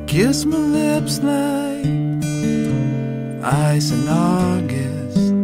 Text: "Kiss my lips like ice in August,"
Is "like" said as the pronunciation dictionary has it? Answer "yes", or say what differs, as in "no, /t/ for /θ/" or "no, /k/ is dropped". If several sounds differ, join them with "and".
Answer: no, /k/ is dropped